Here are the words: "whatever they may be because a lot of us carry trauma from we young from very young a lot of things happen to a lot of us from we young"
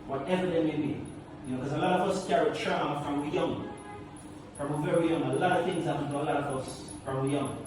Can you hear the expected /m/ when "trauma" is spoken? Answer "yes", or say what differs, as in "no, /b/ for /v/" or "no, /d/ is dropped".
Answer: no, /m/ is dropped